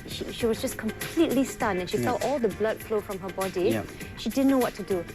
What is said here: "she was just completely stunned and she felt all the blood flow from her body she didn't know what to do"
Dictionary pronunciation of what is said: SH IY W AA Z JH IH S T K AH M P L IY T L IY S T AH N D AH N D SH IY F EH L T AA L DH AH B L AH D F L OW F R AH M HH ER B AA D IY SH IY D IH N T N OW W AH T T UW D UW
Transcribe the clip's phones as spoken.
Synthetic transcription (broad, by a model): SH IY W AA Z JH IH S K AH M P L IY T L IY S T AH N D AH N SH IY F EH T AA L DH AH B L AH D F L OW F R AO M HH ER B AA D IY SH IY D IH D N OW W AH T T UW D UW